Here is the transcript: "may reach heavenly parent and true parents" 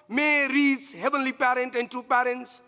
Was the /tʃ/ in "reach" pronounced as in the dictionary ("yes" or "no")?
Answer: no